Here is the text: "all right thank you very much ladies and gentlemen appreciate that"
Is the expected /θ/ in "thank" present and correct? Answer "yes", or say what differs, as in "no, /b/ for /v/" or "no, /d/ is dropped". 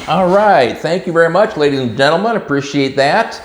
yes